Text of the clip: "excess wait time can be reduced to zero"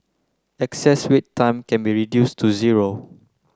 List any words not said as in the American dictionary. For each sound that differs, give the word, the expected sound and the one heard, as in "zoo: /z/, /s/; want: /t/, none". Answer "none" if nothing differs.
none